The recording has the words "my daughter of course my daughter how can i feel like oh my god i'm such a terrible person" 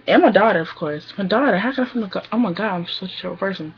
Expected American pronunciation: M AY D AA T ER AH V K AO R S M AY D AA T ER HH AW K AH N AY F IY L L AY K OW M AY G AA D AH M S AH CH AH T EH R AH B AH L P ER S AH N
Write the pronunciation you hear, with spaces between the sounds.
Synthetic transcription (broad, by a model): M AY D AA T ER AH V K AO R S M AY D AA T ER HH AW K AH N AY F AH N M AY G OW M AY G AA D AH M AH S AH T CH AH AH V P ER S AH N